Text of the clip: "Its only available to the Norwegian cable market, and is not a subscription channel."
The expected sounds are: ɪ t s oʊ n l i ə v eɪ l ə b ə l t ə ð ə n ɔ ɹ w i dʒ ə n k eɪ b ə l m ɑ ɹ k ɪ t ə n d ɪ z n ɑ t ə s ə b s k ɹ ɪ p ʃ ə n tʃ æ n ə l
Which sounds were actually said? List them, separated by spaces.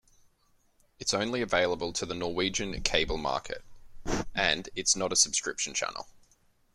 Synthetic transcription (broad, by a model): ɪ t s oʊ n l i ə v eɪ l ə b ə l t ə ð ə n ɔ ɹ w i dʒ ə n k eɪ b ə l m ɑ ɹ k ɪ t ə n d ɪ s n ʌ t ə s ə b s k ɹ ɪ p ʃ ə n tʃ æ n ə l